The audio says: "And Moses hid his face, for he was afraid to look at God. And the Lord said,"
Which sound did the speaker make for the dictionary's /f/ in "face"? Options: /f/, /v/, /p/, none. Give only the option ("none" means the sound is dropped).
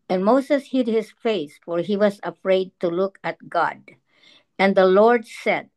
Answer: /f/